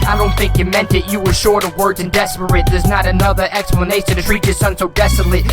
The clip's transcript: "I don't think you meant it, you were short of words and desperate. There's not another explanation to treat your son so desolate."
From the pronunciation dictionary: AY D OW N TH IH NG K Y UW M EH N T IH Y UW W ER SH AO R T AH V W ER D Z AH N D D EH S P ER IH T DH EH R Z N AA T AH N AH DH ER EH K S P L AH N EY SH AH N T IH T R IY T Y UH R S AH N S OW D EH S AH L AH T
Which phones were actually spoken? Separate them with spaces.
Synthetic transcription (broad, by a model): AY D OW N TH IH NG K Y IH M EH N T IH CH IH W ER SH AO R T AH V W ER D Z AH N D D EH S P ER IH T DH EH R Z N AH T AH N AH DH ER EH K S P L AH N EY SH AH N T IH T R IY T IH S AH N S OW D EH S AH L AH